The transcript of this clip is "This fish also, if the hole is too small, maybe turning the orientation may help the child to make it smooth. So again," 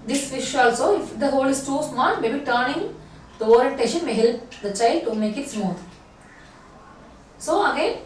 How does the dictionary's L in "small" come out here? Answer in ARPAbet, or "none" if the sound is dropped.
N